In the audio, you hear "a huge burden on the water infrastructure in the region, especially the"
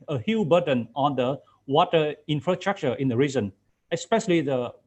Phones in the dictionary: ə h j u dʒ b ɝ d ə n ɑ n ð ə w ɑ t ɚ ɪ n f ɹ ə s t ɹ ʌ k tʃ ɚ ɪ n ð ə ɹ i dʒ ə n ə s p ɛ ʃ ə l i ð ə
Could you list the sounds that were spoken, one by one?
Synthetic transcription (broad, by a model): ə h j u b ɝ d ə n ɑ n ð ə w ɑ t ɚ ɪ n f ɹ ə s t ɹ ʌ k tʃ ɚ ɪ n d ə ɹ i z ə n ə s p ɛ ʃ ə l i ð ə